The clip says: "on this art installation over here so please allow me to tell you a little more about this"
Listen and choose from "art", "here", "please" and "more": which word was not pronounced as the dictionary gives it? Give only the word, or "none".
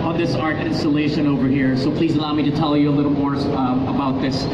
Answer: none